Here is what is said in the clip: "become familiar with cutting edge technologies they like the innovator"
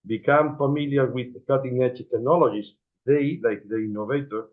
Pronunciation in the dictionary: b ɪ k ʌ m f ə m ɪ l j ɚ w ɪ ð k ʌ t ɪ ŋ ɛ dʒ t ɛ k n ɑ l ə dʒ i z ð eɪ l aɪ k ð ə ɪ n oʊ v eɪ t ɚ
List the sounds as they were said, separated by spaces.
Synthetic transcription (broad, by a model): b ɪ k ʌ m f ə m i l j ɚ w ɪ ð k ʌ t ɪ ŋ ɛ tʃ t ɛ k n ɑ l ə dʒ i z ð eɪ l aɪ k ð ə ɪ n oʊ v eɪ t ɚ